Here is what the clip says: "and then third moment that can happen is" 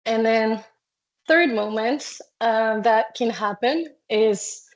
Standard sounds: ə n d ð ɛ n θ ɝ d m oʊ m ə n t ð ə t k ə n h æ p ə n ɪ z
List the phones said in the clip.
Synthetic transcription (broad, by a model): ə n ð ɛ n θ ɝ d m oʊ m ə n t ð ə t k ə n h æ p ə n ɪ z